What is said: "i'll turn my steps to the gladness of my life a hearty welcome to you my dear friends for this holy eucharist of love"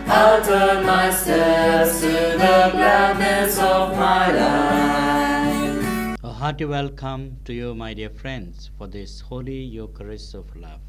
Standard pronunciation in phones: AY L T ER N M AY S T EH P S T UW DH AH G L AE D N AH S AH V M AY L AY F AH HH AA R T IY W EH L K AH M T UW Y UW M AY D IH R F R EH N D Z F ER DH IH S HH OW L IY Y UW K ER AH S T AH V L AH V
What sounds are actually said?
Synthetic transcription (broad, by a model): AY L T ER M AY S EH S T UW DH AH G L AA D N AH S AH V M AY L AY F AH HH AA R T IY W EH L K AH M T UW Y UW M AY D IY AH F R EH N D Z F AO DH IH S HH OW L IY Y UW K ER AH S AH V L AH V